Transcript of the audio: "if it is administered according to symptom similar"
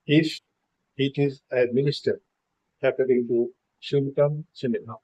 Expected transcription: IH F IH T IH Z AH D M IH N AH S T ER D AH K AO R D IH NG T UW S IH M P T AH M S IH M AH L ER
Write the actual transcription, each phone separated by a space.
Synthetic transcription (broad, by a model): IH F IH T IH Z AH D M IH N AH S T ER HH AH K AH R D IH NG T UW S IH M T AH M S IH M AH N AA